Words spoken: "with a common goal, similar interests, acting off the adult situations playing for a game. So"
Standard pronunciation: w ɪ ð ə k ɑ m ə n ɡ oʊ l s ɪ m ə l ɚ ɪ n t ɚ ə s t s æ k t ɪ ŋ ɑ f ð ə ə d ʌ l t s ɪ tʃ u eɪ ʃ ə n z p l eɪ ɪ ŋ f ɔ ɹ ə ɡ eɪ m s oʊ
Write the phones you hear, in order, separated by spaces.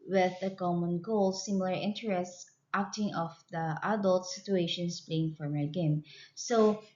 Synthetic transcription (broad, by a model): w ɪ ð ə k ɑ m ə n ɡ oʊ l s ɪ m ə l ɚ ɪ n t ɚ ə s t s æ k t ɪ ŋ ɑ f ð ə ə d ʌ l t s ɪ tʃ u eɪ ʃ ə n s p l eɪ ɪ ŋ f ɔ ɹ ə ɡ eɪ m s oʊ